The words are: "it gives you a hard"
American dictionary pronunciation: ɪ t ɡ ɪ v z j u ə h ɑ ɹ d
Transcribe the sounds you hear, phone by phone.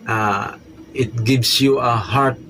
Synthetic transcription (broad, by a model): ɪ t ɡ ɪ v s j u ə h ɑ ɹ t